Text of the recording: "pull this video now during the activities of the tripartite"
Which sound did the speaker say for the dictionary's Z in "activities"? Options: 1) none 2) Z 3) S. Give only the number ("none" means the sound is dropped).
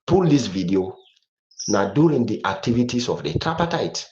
3